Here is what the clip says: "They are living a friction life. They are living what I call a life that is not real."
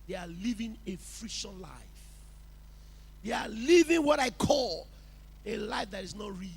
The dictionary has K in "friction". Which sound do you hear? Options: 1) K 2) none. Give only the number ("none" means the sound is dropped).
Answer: 2